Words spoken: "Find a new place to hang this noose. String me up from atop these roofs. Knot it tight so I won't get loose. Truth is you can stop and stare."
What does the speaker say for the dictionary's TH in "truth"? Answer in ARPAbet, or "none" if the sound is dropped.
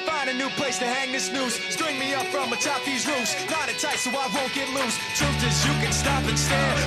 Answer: T